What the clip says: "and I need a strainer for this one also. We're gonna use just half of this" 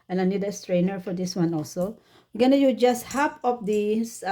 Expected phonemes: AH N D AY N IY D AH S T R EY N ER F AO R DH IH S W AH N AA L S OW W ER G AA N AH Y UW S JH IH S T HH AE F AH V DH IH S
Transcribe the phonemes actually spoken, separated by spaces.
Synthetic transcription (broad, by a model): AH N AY N IY D AH S T R EY N ER F AO R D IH S W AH N AA L S OW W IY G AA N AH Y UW JH IH S T HH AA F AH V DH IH S